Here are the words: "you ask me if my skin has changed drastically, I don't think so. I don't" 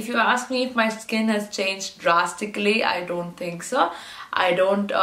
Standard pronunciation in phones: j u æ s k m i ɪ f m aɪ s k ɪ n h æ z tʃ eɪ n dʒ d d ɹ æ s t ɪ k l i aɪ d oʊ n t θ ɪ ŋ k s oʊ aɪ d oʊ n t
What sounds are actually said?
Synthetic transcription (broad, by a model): j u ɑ s k m i ɪ f m aɪ s k ɪ n h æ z tʃ eɪ n dʒ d d ɹ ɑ s t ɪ k l i aɪ d oʊ n t t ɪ ŋ k s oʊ aɪ d oʊ n t